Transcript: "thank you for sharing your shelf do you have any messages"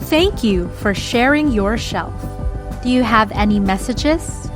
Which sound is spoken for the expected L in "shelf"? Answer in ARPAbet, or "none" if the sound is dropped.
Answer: L